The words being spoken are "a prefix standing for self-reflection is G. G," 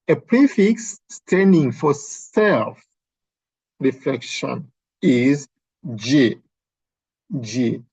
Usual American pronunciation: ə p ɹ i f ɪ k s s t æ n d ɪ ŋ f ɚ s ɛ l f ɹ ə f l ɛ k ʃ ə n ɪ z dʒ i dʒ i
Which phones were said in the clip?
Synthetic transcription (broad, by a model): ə p ɹ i f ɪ k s s t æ n d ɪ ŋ f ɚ s ɛ l f ɹ ə f l ɛ k ʃ ə n ɪ z dʒ i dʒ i